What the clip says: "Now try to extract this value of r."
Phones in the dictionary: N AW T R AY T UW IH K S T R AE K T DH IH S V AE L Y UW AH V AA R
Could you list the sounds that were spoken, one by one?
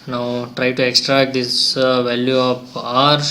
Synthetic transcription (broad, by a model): N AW T R AY T UW IH K S T R AE K T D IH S V AE L Y UW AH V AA R